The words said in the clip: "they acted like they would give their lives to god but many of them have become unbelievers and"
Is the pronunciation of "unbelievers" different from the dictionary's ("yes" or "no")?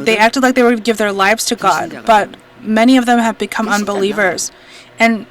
no